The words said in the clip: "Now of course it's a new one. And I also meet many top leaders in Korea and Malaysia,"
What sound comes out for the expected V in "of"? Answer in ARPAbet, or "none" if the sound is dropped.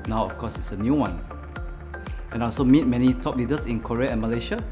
F